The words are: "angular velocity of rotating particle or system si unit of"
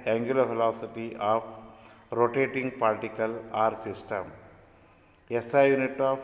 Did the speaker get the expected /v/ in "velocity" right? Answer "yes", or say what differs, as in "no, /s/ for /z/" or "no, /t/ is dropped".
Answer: no, /f/ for /v/